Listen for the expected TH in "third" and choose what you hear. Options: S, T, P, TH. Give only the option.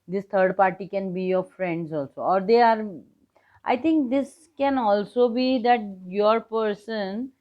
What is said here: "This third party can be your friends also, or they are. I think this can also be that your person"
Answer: T